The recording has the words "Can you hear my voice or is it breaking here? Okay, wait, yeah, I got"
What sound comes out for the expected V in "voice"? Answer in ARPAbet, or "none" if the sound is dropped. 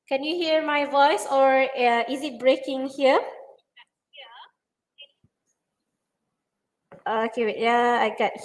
V